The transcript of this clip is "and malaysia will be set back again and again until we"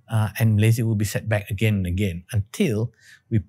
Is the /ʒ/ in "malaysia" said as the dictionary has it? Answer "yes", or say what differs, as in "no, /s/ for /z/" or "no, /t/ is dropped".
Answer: no, /z/ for /ʒ/